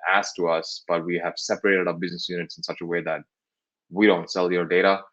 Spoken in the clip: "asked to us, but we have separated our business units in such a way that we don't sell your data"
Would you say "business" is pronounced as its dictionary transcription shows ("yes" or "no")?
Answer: yes